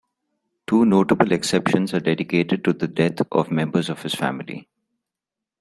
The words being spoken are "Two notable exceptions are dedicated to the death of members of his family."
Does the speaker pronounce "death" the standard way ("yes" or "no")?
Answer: no